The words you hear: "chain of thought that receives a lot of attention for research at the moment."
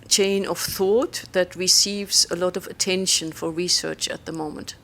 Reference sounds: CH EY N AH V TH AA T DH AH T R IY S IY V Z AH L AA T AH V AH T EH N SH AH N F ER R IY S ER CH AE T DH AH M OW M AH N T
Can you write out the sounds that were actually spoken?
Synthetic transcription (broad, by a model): CH EY N AH V TH AA T DH AH T R IY S IY V Z AH L AA T AH V AH T EH N SH AH N F ER R IY S ER CH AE T DH AH M OW M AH N T